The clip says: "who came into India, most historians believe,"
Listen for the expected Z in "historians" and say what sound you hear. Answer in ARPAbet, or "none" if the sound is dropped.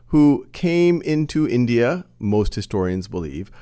Z